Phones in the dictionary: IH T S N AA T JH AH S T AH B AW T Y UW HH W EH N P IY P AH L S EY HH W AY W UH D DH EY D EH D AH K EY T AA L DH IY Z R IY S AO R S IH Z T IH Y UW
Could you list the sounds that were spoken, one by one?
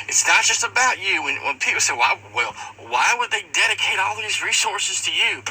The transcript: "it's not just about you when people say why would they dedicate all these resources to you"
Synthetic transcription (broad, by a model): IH T S N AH T JH AH S T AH B AW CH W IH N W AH N P IY P L S EY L W AY W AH D DH EY D EH D AH K EY T AA L DH IY Z R IY S AO R S IH Z T IH Y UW